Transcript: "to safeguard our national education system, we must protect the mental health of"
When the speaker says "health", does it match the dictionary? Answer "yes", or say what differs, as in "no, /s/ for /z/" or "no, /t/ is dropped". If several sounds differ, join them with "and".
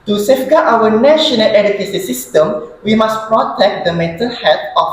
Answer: no, /t/ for /θ/